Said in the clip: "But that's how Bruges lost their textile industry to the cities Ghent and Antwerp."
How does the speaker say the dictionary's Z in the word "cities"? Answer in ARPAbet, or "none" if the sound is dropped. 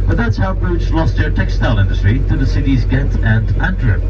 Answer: Z